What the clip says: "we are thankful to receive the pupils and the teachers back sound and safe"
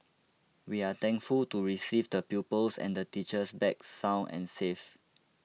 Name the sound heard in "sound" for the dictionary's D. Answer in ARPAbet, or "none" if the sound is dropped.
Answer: none